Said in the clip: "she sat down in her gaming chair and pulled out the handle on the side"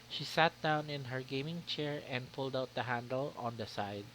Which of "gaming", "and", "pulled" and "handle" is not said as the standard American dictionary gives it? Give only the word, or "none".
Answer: none